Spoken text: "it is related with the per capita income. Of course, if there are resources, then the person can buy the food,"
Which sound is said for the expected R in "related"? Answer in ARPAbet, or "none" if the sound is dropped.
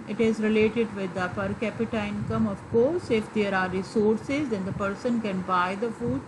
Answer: R